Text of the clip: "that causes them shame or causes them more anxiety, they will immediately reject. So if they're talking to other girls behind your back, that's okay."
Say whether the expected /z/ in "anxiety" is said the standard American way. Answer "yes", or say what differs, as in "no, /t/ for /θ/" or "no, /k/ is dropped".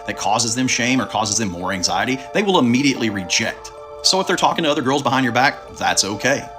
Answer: yes